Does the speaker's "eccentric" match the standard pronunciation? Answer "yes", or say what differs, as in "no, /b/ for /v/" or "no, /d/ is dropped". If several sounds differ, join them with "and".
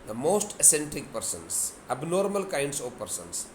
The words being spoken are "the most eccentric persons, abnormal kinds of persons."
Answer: no, /k/ is dropped and /ɹ/ is dropped